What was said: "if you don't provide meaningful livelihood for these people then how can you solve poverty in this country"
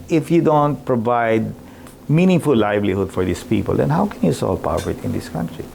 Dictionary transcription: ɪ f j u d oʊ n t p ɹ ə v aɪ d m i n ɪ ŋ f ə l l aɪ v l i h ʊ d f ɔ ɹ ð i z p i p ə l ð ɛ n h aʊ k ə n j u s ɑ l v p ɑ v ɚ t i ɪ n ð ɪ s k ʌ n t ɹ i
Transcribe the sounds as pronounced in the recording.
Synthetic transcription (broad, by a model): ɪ f j u d oʊ n t p ɹ ə v aɪ d m i n ɪ ŋ f ə l l aɪ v l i h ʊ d f ɔ ɹ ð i s p i p ə l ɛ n h aʊ k ə n j u s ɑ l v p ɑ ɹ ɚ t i ɪ n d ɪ s k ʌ n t ɹ i